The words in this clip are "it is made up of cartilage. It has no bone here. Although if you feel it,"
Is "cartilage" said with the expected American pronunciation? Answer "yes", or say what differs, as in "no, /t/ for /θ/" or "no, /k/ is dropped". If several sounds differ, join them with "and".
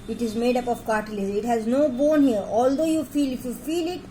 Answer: no, /dʒ/ is dropped